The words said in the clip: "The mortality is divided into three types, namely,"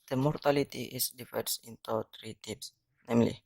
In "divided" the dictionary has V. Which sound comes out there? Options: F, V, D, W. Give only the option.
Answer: F